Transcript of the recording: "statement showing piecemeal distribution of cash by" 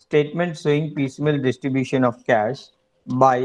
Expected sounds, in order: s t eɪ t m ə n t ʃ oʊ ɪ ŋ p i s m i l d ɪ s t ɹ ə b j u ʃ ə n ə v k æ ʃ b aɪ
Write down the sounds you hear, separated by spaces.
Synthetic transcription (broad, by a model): s t eɪ t m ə n t s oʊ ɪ ŋ p i s m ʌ l d ɪ s t ɹ ə b j u ʃ ə n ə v k æ ʃ b aɪ